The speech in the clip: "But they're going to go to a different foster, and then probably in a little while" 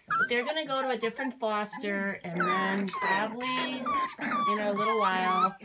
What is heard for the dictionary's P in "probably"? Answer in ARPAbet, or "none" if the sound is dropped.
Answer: B